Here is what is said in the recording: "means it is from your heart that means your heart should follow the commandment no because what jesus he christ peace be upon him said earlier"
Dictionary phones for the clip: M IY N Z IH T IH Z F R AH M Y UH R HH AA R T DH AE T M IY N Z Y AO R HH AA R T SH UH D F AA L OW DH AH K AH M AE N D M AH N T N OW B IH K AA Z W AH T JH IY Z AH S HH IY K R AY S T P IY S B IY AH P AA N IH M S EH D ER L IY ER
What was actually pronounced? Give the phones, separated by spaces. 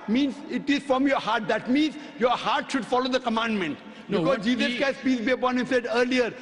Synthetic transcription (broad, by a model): M IY N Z IH T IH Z F R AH M Y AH R HH AA R T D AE T M IY N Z Y AO R HH AA R T SH UH D F AA L OW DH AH K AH M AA N D M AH N T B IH K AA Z JH IY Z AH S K AY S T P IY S B IY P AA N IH S EH D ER L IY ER